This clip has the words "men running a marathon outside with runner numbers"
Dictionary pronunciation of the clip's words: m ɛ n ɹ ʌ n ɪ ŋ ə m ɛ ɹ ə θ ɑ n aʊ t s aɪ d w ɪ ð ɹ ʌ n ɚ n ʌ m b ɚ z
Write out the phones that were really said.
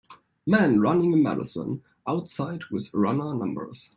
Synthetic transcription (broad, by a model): m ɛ n ɹ ʌ n ɪ ŋ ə m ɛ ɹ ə s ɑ n aʊ t s aɪ d w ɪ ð ɹ ʌ n ɚ n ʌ m b ɚ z